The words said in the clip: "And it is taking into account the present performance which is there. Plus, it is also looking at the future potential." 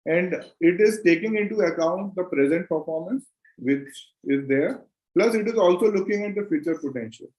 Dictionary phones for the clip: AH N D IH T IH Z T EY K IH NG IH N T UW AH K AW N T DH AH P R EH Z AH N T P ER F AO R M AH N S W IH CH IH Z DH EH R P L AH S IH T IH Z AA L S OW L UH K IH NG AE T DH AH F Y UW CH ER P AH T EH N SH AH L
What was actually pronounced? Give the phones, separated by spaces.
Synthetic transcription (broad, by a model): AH N D IH T IH Z T EY K IH NG IH N T UW AH K AW N T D AH P R EH Z AH N T P ER F AO R M AH N S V IH CH IH Z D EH R P L AH S IH T IH Z AA L S OW L UH K IH NG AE T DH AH F Y UW CH ER P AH T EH N SH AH L